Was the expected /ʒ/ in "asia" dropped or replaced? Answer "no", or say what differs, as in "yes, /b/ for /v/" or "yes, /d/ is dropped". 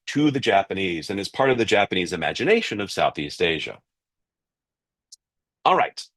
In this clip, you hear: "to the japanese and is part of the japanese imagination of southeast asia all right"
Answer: no